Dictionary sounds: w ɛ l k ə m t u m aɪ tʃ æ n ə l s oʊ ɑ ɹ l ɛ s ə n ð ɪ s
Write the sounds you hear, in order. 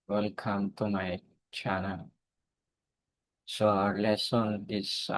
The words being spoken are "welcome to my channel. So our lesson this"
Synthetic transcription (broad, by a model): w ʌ l k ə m t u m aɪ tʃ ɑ n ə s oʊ ɑ ɹ l ɛ s ə n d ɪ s